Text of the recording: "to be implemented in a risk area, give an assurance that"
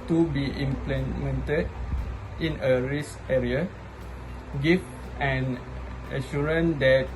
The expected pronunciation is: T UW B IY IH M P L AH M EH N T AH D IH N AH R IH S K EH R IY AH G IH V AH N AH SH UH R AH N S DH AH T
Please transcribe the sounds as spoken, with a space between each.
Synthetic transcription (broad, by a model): T UW B IY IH M P L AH M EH N T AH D IH N AH R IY S EH R IY AH G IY F AH N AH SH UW R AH N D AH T